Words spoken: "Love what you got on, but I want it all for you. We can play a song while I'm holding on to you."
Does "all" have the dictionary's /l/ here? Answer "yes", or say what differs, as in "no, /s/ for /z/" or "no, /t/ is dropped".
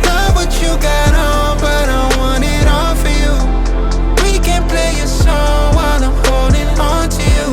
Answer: no, /n/ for /l/